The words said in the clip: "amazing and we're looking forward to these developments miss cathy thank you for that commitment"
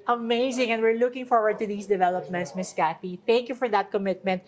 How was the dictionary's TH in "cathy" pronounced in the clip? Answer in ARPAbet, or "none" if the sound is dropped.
F